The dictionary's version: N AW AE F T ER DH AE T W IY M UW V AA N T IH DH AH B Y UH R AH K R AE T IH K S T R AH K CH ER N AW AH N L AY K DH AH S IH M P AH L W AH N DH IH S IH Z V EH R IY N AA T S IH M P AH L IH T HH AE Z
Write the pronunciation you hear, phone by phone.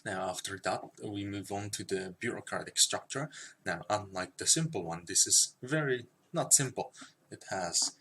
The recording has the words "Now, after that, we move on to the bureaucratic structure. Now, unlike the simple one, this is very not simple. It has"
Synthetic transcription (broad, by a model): N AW AE F T ER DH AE T W IY M UW V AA N T IH DH AH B Y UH R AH K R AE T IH K S T R AH K CH ER N AW AH N L AY K DH AH S IH M P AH L W AH N DH IH S IH Z V EH R IY N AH T S IH M P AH L IH T HH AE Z